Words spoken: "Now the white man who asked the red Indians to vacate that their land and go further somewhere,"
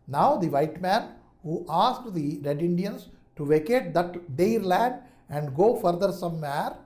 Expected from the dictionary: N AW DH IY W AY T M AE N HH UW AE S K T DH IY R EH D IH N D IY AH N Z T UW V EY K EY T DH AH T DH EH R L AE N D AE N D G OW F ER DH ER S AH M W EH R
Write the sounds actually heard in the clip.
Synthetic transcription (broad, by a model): N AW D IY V AY T M AE N HH UW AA S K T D IY R EH D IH N D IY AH N S T UW V EY K EY T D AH T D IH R L AE N D AE N D G OW F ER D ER S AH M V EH R